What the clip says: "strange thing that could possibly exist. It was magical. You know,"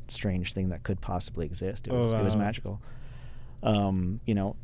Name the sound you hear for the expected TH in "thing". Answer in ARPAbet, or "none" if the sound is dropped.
TH